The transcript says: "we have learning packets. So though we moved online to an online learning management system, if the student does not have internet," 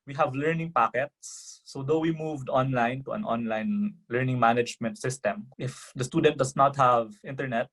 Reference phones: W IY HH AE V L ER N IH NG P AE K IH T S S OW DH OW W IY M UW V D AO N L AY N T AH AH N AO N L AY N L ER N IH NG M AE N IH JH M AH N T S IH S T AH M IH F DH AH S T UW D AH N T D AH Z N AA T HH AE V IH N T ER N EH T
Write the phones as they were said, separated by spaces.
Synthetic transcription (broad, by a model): W IY HH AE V L ER N IH NG P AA K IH T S S OW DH OW W IY M UW V D AO N L AY N T AH AH N AO N L AY N L ER N IH NG M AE N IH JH M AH N T S IH S T AH M IH F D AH S T UW D AH N T D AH S N AA T HH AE V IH N T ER N EH T